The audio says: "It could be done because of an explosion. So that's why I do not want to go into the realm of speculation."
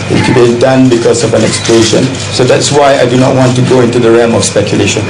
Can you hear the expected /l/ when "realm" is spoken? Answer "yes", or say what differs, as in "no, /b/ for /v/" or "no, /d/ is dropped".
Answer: no, /l/ is dropped